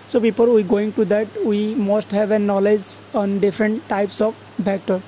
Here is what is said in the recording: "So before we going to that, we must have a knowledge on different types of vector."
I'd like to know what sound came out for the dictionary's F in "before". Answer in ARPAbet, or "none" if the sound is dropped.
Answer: P